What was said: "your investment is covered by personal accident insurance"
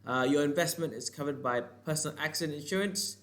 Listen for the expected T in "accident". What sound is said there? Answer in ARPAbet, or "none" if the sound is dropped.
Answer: none